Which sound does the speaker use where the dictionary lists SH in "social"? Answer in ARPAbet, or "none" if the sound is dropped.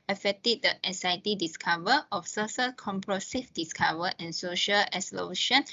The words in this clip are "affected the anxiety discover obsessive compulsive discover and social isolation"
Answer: SH